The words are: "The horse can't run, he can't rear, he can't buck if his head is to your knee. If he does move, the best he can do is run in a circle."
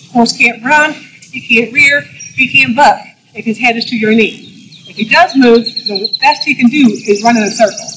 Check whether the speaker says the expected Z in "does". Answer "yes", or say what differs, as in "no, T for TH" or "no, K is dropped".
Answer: yes